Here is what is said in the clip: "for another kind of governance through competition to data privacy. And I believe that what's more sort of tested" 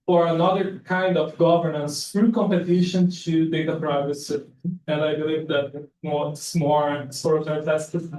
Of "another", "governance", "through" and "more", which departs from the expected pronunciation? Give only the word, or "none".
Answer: through